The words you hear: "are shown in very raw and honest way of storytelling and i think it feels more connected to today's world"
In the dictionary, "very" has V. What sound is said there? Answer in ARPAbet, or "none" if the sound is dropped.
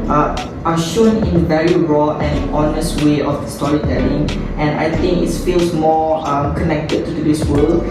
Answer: V